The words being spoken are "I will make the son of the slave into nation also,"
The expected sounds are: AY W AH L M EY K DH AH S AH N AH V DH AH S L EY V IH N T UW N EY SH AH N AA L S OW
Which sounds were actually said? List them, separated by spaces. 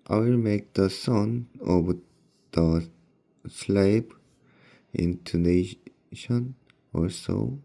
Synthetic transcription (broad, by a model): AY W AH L M EY K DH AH S AH N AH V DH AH S L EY P IH N T UW N EY SH AH N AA S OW